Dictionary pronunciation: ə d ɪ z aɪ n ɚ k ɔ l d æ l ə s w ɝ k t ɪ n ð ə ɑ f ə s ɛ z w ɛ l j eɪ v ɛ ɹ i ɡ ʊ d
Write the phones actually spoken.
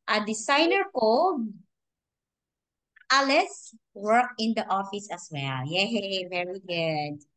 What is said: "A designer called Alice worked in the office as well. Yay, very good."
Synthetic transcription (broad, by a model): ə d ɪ s aɪ n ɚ k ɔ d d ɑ l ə s w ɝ k ɪ n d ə ɑ f ə s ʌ s w ɛ l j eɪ v ɛ ɹ i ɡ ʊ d